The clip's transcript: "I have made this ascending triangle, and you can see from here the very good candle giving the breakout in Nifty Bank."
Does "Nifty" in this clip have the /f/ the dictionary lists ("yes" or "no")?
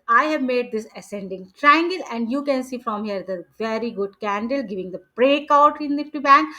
no